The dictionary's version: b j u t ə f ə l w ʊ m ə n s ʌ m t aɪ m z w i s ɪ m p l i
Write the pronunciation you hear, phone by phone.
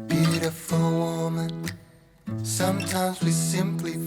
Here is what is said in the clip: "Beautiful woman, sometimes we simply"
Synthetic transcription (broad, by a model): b j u t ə f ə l w ʊ m ə n s ʌ m t aɪ m z w i s ɪ m p l i